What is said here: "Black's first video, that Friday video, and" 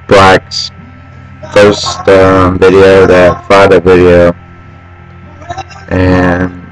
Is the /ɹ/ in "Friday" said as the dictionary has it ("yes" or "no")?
no